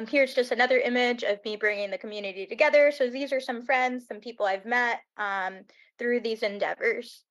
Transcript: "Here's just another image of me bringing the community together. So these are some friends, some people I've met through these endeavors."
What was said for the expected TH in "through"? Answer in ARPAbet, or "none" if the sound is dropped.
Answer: TH